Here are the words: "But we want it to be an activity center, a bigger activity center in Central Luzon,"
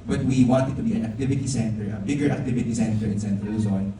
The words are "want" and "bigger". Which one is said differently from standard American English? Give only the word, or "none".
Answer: none